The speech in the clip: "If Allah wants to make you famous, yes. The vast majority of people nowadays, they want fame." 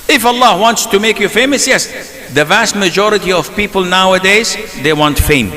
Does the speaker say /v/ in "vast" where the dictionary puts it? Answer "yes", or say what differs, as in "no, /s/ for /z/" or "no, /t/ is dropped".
yes